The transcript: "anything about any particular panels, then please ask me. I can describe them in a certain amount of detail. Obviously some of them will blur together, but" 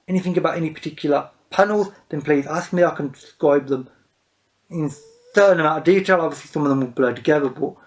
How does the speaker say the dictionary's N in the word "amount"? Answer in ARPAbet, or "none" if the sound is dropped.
none